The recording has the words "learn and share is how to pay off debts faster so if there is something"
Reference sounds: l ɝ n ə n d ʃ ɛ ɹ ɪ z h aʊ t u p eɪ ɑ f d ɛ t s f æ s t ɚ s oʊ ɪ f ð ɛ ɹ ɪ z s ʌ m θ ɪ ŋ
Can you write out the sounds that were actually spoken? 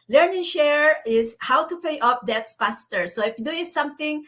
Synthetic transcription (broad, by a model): l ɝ n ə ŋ ʃ ɛ ɹ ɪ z h aʊ t u p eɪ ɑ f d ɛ t s p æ s t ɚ s oʊ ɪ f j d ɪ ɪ s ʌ m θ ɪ ŋ